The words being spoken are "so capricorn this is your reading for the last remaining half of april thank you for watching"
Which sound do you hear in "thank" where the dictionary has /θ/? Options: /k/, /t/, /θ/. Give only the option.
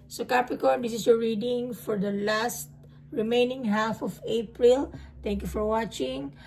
/t/